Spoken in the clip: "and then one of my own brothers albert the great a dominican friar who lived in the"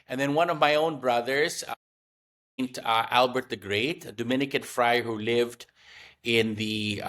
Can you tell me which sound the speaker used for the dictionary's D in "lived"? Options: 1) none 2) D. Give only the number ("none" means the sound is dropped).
2